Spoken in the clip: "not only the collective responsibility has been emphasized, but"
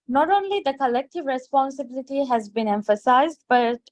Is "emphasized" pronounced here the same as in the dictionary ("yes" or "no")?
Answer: yes